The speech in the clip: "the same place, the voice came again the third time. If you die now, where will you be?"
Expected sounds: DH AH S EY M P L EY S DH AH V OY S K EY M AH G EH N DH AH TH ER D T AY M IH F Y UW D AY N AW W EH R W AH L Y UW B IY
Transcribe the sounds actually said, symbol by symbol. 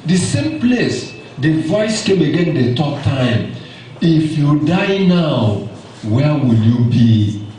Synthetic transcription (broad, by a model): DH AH S EY M P L EY S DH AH V OY S K EY M AH G EH N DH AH T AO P T AY M IH F Y UW D AY N AW W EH W AH L Y UW B IY